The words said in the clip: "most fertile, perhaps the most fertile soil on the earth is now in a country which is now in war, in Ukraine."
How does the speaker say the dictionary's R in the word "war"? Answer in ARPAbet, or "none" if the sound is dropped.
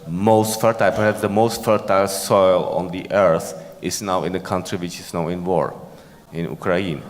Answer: R